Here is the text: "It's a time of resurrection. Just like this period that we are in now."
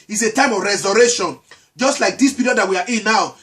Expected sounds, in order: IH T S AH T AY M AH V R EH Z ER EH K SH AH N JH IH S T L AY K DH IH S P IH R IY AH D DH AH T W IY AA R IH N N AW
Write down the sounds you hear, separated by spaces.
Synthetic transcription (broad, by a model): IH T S AH T AY M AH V R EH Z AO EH SH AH N JH IH S T L AY K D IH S P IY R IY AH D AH T W IY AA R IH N N AW